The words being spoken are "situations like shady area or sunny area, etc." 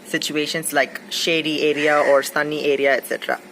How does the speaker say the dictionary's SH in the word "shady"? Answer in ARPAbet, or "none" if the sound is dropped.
SH